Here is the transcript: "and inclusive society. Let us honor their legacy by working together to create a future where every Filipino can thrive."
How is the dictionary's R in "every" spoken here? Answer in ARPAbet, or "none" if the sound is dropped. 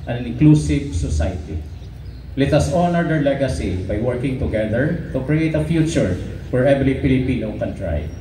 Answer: L